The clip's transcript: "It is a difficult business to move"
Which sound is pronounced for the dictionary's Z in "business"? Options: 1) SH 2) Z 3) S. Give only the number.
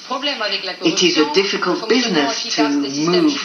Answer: 2